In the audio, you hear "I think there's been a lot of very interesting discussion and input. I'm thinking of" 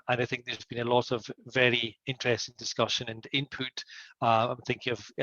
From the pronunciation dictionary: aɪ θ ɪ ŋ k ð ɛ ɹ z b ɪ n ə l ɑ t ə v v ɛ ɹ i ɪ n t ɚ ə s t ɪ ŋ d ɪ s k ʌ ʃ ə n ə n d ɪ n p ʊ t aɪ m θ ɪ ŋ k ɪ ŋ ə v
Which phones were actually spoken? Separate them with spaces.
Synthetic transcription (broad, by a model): aɪ θ ɪ ŋ k ð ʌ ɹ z b ɪ n ə l ɑ t ə v v ɛ ɹ i ɪ n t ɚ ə s t ɪ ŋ d ɪ s k ʌ ʃ ə n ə n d ɪ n p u t aɪ m θ ɪ ŋ k ɪ ŋ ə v